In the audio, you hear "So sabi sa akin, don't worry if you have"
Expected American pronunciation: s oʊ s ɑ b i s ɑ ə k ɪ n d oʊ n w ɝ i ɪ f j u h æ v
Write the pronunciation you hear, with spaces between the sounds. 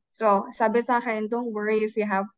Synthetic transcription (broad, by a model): s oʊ s ɑ b i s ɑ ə ɪ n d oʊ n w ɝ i ɪ f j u h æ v